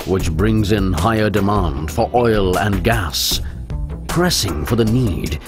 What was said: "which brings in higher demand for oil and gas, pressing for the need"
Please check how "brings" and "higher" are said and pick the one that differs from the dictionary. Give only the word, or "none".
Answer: none